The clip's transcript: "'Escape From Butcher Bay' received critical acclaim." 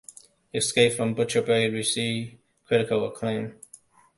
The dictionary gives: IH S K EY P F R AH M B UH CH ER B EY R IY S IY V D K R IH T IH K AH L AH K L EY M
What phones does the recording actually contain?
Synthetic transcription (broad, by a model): IH S K EY P F R AH M B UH CH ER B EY W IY S IY K R IH T IH K AH L AH K L EY M